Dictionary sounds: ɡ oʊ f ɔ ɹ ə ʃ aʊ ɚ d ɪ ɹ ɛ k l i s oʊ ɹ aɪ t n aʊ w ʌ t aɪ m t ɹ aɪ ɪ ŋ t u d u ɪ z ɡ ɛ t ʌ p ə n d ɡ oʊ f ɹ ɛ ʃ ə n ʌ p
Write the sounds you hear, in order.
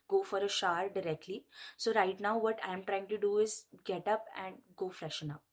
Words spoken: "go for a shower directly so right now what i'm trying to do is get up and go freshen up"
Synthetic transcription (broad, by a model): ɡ oʊ f ɔ ɹ ə ʃ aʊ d d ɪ ɹ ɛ k l i s oʊ ɹ aɪ t n aʊ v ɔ t aɪ m t ɹ aɪ ɪ ŋ t u d u ɪ z ɡ ɛ t ʌ p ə n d ɡ oʊ f ɹ ɛ ʃ ə n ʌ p